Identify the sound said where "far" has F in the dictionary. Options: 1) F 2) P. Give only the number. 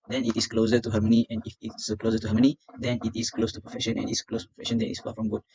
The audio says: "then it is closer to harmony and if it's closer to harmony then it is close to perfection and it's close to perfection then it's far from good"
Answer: 2